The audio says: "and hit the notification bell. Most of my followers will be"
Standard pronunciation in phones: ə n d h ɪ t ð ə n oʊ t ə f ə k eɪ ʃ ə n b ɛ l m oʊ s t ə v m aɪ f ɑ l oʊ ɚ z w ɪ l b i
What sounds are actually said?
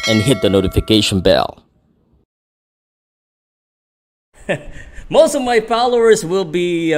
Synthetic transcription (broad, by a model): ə n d h ɪ t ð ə n oʊ t ə f ə k eɪ ʃ ə n b ɛ l m oʊ s t ə v m aɪ p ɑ l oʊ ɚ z w ɪ l b i